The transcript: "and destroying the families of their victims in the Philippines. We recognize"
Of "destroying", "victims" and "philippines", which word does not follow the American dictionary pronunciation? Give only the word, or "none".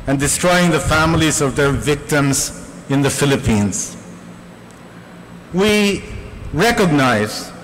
none